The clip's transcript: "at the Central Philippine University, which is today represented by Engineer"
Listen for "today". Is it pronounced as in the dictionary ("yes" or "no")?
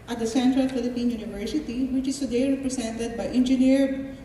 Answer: no